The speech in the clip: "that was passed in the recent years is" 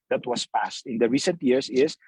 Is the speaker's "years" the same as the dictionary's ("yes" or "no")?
no